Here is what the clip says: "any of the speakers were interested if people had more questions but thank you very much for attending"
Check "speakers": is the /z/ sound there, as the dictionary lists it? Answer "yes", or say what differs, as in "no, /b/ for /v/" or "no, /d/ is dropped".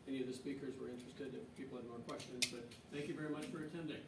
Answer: yes